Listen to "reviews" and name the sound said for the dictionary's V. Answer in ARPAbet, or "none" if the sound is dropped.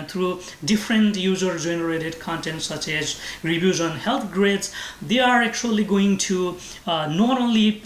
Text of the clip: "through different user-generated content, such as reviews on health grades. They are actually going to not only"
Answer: B